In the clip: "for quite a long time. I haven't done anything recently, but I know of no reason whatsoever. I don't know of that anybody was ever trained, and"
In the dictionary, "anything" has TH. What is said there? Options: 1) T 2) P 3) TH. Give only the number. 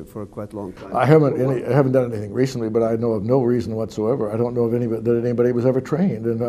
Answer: 3